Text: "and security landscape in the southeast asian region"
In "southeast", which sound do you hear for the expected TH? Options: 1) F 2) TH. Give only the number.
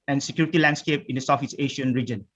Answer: 1